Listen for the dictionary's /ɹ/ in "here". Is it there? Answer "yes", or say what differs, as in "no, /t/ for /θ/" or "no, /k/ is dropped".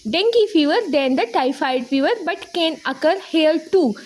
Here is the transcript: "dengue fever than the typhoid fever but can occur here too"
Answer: no, /l/ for /ɹ/